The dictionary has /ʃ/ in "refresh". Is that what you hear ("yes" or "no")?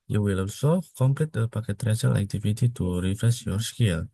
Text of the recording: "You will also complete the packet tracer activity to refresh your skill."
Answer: no